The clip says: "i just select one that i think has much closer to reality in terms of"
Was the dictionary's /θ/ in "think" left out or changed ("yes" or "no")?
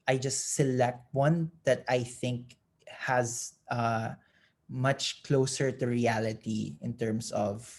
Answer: no